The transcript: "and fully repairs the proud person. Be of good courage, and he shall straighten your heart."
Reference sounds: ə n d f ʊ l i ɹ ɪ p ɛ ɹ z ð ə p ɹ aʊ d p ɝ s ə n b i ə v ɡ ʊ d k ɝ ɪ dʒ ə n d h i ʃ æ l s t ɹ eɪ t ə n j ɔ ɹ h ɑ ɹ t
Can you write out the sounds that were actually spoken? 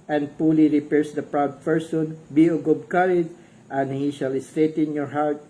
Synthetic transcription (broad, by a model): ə n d p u l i ɹ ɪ p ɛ ɹ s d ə p ɹ aʊ d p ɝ s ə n b i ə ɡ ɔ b k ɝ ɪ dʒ ə n d h i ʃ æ l s t ɹ eɪ t ə n j ɔ ɹ h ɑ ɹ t